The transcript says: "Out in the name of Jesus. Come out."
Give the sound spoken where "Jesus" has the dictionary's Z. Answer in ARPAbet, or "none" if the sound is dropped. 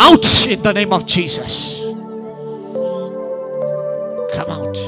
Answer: Z